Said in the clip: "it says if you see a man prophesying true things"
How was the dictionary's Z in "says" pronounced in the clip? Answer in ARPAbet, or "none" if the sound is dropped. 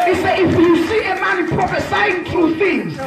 none